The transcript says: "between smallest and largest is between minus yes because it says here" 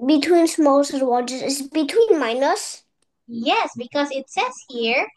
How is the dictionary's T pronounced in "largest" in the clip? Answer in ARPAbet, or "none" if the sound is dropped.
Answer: none